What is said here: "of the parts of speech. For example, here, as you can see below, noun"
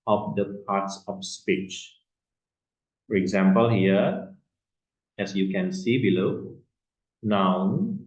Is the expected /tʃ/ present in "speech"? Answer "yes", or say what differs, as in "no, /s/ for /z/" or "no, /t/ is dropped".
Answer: yes